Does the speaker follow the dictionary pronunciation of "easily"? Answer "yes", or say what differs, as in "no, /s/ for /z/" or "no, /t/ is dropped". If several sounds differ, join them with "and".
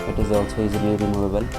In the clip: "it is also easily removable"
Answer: no, /l/ is dropped